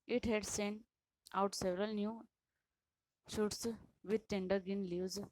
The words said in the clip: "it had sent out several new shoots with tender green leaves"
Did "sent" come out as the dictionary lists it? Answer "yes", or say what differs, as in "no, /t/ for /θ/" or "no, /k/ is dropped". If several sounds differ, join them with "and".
no, /t/ is dropped